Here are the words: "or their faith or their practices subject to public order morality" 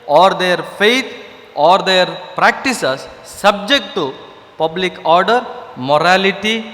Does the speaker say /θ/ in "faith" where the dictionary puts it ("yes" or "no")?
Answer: no